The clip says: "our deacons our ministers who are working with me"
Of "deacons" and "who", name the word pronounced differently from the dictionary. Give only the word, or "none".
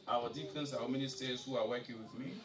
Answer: deacons